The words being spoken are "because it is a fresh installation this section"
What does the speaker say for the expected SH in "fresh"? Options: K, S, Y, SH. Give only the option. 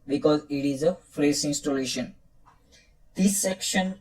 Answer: S